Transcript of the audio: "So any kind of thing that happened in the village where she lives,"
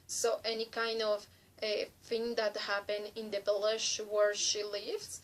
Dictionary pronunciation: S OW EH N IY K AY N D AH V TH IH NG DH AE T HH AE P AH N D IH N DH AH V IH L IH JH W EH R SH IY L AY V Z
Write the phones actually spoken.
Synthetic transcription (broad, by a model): S OW EH N IY K AY N D AH V TH IH NG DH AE T HH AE P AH N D IH N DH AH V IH L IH SH W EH R SH IY L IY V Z